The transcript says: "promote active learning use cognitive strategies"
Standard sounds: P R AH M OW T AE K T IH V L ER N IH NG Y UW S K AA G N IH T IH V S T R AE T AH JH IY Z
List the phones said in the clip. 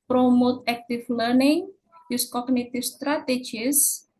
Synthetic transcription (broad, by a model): P R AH M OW T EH K T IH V L ER N IH NG Y UW S K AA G N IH T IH F S T R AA T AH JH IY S